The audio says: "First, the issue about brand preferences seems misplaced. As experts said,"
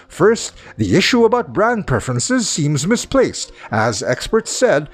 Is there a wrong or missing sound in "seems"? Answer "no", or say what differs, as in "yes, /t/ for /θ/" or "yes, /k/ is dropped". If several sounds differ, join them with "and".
no